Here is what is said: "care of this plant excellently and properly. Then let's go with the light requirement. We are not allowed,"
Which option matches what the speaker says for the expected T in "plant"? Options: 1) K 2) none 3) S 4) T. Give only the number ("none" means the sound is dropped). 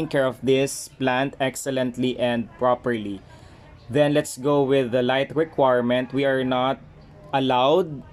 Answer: 4